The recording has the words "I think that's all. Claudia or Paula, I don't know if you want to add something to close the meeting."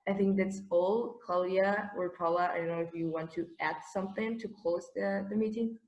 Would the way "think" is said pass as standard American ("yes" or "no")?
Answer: yes